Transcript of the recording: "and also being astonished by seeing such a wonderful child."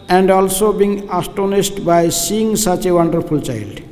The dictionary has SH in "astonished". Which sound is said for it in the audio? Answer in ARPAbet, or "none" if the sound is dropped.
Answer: S